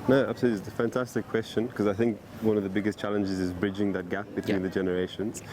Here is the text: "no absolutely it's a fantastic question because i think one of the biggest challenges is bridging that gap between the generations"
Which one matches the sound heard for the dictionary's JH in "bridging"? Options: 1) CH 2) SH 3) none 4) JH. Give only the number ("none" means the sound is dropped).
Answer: 4